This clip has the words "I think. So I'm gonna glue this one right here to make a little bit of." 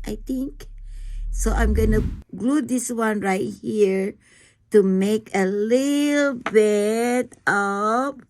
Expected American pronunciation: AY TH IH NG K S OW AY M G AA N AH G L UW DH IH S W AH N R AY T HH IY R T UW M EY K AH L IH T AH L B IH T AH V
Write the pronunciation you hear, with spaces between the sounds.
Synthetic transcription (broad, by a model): AY T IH NG K S OW AY M G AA N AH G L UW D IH S W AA N R AY T HH IY R T UW M EY K AH L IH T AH L B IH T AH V